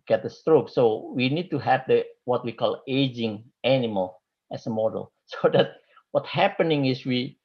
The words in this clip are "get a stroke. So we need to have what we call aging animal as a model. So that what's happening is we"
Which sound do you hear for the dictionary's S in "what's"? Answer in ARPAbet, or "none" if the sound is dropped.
none